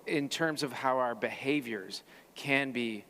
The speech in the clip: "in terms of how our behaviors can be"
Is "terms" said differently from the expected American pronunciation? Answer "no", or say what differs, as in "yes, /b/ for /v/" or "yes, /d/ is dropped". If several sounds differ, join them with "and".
no